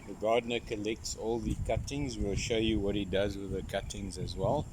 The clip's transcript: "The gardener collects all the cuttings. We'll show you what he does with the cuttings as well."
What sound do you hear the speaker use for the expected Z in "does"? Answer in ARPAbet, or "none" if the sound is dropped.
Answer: Z